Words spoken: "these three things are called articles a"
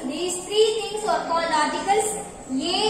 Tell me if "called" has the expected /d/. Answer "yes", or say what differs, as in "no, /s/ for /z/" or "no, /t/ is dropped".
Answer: no, /d/ is dropped